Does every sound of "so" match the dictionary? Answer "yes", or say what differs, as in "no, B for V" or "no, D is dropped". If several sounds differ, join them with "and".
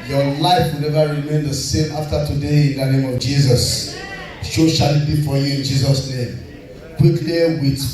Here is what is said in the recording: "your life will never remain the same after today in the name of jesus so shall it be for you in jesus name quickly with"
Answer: no, SH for S